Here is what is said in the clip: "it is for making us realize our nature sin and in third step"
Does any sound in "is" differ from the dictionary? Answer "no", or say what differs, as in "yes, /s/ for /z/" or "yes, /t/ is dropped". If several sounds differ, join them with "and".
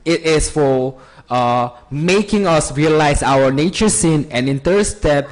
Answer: yes, /s/ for /z/